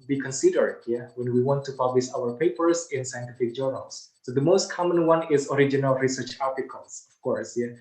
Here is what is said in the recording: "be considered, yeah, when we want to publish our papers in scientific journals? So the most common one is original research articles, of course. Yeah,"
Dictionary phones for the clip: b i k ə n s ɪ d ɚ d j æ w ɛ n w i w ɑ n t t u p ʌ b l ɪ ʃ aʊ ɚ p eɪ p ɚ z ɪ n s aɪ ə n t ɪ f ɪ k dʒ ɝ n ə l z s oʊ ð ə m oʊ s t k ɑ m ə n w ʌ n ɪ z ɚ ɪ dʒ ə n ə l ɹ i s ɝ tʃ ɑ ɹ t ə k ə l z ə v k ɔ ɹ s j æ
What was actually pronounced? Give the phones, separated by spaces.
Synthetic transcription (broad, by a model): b i k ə n s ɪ d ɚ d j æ w ɛ n w i w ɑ n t t u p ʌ b l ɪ s aʊ ɚ p eɪ p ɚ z ɪ n s aɪ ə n t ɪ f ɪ k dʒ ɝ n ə l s s oʊ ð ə m oʊ s t k ɑ m ə n w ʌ n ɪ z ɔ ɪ dʒ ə n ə l ɹ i s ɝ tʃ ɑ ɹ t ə k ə l s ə f k ɔ ɹ s j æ